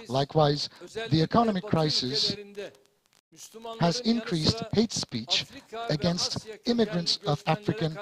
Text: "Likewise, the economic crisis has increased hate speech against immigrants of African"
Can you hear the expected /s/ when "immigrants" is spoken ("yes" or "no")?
yes